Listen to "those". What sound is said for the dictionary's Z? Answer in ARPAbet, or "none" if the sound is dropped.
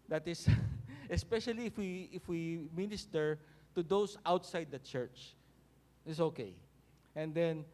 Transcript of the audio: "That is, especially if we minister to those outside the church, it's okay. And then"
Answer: S